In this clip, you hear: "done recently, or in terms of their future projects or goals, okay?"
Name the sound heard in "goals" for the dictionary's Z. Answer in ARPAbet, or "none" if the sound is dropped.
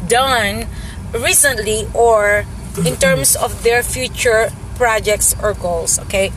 S